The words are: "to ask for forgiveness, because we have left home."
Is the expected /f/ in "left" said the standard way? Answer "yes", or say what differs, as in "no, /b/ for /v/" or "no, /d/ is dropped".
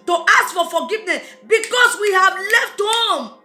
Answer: yes